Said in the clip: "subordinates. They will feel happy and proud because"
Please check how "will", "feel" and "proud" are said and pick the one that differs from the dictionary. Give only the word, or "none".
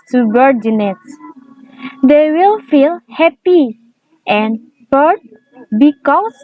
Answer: proud